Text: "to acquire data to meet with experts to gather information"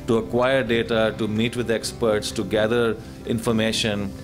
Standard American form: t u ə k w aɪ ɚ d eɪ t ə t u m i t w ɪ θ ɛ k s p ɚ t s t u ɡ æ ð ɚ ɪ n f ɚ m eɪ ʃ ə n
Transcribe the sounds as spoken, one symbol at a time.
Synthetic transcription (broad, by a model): t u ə k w aɪ ɚ d eɪ t ə t u m i t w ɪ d ɛ k s p ɚ t s t u ɡ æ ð ɚ ɪ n f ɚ m eɪ ʃ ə n